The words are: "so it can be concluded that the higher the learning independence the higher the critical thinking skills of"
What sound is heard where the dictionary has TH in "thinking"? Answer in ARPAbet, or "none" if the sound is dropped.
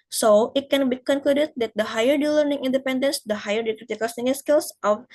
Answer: S